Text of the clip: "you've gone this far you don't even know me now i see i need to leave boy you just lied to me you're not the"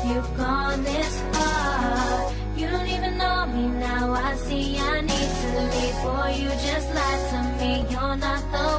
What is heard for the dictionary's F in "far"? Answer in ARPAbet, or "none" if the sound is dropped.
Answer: P